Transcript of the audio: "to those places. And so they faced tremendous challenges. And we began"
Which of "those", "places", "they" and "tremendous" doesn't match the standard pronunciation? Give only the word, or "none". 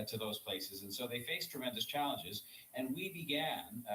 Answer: none